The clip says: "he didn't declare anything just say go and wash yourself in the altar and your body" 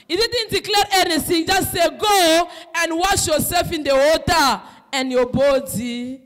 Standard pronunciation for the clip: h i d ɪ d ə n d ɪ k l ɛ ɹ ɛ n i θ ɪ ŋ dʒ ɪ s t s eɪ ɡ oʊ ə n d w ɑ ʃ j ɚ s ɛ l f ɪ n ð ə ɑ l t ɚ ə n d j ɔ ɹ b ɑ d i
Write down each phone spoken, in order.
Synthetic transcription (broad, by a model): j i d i d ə n d ɪ k l ɛ ɹ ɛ n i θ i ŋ dʒ ɪ s t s eɪ ɡ oʊ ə n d w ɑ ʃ j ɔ s ɛ l f ɪ n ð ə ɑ t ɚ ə n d j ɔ b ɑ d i